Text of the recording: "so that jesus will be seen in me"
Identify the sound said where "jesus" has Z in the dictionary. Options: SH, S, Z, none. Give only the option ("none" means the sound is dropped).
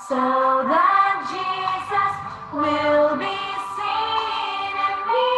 Z